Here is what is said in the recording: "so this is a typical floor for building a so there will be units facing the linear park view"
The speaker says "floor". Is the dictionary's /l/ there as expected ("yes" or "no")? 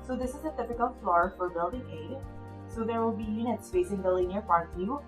yes